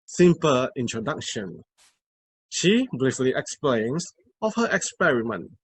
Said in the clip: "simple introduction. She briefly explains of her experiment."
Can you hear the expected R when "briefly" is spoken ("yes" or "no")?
no